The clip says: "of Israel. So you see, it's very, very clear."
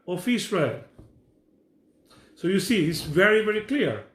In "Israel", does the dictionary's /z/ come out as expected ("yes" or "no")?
no